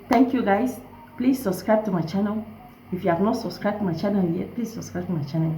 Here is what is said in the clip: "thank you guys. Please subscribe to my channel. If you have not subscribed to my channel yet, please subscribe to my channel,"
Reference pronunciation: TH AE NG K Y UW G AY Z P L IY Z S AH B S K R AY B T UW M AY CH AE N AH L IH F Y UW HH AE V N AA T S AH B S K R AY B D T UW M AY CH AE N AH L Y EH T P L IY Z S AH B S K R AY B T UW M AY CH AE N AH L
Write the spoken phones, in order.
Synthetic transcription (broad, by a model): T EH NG K Y UW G AY S P L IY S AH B S K R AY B T UW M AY CH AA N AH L IH F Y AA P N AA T S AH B S K R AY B T UW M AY CH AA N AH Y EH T P L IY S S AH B S K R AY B T UW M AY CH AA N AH